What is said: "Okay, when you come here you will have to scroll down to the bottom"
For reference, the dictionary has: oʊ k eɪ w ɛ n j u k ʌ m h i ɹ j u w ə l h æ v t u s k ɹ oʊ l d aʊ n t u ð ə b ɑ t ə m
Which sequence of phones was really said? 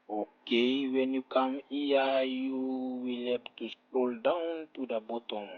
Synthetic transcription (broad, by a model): oʊ k eɪ w ɛ n j u k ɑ m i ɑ j u w ə l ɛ p t u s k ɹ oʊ l d aʊ n t u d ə b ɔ t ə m